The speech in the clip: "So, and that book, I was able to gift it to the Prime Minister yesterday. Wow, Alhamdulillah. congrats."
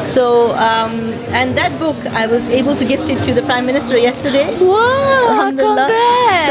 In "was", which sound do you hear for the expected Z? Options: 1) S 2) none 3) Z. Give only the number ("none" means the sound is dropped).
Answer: 3